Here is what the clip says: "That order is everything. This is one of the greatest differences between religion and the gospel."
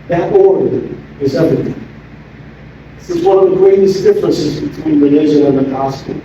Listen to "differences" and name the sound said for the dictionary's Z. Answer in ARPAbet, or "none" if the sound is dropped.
Z